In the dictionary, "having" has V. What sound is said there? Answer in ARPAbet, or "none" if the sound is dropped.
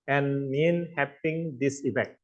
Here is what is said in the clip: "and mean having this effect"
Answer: P